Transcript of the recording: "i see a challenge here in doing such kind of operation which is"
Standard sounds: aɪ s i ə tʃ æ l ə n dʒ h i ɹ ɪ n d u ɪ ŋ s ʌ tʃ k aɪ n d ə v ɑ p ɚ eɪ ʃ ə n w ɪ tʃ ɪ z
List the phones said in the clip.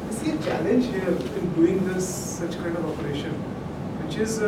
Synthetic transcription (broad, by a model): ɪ s i ə tʃ æ l ə n dʒ h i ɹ ɪ n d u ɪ ŋ s ʌ tʃ k aɪ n d ə v ɑ p ɚ eɪ ʃ ə n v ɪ tʃ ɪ z